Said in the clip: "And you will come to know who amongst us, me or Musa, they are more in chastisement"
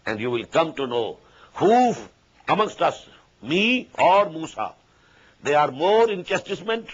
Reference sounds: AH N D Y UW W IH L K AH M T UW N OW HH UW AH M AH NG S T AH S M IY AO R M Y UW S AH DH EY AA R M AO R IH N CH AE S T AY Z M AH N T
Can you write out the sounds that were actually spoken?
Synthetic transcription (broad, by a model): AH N D Y UW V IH L K AH M T UW N OW HH UW AH M AH NG S T AH S M IY AO R M UW S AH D EY AA R M AO R IH N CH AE S T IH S M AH N T